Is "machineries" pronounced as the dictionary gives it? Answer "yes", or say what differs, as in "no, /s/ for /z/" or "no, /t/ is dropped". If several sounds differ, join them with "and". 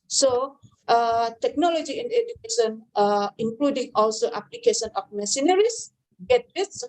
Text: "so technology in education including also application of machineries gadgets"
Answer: no, /s/ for /ʃ/